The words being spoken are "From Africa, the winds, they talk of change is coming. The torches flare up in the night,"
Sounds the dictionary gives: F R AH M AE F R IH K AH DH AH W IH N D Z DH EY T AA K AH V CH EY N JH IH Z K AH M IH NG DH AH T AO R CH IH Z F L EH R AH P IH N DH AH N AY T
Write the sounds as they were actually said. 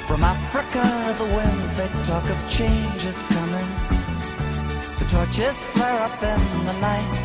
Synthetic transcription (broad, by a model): F R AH M AE F R IH K AH DH AH W IH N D Z DH EY T AA K AH V CH EY N JH IH Z K AH M IH NG DH AH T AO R CH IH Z F L EH R AH P IH N DH AH N AY T